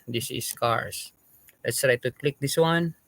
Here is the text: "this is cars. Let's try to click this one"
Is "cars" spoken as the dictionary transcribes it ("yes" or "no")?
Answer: no